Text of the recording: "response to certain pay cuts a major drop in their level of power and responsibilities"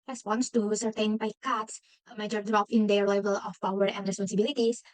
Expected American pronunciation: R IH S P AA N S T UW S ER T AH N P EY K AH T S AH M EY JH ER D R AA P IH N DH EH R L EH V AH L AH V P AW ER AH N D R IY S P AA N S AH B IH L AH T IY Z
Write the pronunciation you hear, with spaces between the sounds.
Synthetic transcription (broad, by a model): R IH S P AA N S T UW S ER T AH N B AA K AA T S AH M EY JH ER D R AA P IH N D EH R L EH V AH L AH F P AW ER AH N D R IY S P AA N S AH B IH L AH T IY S